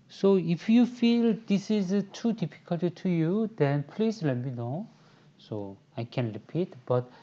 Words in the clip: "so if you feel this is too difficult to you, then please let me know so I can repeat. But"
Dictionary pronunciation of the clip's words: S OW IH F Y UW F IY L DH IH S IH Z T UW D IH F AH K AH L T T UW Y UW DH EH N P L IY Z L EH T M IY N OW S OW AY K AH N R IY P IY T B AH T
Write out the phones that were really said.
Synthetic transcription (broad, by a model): S OW IH F Y UW F IY L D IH S IH Z T UW D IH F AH K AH L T T UW Y UW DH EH N P L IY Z L EH T M IY N OW S OW AY K AH N R IY P IY T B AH T